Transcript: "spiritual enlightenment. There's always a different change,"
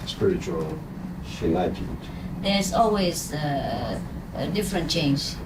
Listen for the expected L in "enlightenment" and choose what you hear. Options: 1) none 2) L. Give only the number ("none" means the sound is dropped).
1